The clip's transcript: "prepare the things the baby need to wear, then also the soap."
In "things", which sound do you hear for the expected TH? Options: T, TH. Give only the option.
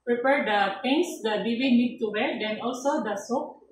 T